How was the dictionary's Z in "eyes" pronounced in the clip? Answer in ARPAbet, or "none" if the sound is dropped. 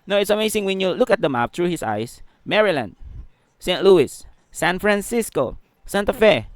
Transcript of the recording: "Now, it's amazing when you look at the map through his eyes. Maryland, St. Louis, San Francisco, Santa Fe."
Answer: S